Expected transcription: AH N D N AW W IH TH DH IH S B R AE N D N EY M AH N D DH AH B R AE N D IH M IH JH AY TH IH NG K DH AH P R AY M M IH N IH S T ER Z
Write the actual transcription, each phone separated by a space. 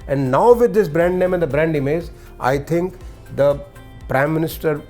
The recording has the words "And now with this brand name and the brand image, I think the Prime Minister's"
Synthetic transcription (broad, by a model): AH N D N AW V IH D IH S B R AE N D N EY M AH N D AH B R AE N D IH M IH Z AY T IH NG K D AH P R AY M M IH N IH S T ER